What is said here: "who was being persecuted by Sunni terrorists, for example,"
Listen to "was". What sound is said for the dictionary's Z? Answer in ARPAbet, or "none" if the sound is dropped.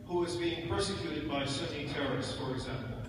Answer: Z